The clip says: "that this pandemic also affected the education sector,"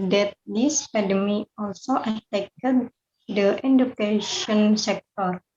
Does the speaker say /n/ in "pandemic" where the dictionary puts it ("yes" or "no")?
no